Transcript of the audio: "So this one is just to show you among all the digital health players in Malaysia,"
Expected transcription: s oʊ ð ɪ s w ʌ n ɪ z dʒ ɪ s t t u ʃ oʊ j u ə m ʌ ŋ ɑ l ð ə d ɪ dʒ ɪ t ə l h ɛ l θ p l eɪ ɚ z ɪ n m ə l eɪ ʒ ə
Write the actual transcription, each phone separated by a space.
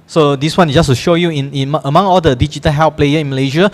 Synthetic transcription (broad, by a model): s oʊ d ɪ s w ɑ n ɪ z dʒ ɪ s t t u ʃ oʊ j u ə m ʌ ŋ ɑ l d ə d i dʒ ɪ t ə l h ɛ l p l eɪ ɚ ɪ n m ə l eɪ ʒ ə